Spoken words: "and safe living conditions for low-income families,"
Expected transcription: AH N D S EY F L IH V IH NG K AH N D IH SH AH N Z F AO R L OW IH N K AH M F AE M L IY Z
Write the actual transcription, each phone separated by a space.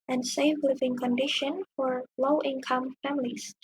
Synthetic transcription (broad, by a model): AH N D S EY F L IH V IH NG K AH N D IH SH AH N F AO R L OW IH N K AH M F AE M L IY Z